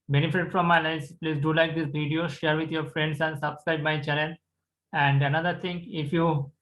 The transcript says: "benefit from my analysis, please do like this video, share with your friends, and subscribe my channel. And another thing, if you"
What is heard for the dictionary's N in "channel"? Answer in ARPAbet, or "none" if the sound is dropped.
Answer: L